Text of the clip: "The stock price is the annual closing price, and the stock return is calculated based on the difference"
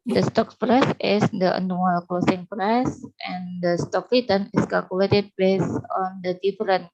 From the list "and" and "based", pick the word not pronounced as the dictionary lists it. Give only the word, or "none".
based